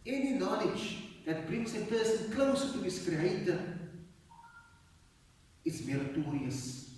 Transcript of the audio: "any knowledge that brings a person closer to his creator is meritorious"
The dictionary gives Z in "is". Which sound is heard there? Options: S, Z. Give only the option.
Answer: S